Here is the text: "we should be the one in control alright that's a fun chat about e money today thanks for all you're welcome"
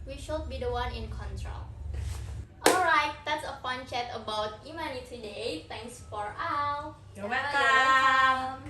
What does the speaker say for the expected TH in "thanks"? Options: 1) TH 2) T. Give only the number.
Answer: 2